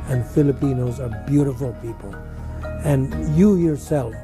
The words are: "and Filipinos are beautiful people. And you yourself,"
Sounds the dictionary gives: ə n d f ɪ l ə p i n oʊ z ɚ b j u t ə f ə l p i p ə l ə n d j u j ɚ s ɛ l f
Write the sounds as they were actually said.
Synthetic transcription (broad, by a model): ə n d f ɪ l ə p i n oʊ z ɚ b j u t ə f ə l p i p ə l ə n j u j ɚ s ɛ l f